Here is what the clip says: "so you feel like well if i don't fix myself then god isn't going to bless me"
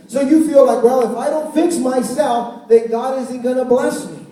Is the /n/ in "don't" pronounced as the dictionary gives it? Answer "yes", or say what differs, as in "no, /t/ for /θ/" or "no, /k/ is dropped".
yes